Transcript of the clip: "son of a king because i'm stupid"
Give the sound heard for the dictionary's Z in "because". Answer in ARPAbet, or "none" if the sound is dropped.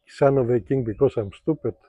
S